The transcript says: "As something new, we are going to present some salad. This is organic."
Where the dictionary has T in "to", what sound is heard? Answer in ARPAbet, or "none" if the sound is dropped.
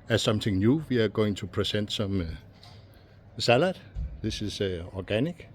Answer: S